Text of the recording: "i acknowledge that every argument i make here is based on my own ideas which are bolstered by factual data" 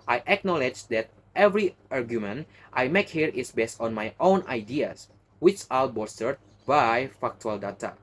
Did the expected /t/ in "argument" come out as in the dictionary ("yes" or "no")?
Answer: yes